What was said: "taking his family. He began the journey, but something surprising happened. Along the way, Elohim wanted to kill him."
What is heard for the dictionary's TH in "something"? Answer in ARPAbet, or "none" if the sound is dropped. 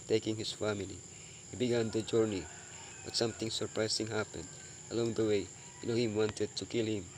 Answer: T